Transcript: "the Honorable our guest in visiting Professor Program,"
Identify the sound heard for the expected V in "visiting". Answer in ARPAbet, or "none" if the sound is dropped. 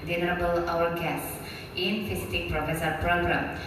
F